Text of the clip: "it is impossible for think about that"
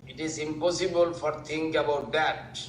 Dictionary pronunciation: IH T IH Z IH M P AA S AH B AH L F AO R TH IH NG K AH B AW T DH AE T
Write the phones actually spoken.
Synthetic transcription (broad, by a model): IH T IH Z IH M P AA S AH B AH L F AO R T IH NG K AH B AW T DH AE T